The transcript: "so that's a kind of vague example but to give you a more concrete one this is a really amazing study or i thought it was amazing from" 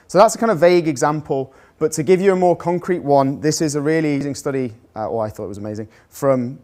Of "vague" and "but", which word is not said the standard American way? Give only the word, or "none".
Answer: none